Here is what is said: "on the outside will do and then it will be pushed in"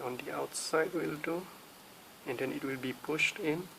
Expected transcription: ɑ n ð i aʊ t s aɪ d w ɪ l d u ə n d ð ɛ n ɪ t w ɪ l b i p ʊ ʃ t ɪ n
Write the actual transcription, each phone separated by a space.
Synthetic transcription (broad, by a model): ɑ n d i aʊ t s aɪ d w ɪ l d u ə n d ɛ n ɪ t w ɪ l b i p ʊ ʃ t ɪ n